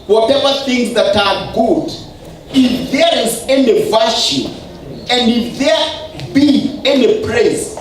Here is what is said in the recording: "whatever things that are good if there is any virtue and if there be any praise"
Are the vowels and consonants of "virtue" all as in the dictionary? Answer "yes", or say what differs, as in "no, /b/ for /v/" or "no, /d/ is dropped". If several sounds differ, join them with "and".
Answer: no, /ʃ/ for /tʃ/